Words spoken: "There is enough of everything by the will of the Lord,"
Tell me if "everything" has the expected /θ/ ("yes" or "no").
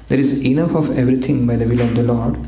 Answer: no